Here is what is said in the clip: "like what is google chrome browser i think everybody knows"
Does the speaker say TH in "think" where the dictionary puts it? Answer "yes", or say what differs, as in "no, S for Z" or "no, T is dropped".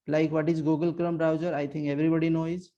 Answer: no, T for TH